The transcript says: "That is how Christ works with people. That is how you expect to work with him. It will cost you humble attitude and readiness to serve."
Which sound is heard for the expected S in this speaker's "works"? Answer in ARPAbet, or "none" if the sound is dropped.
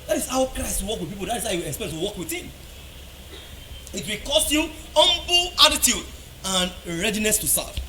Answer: none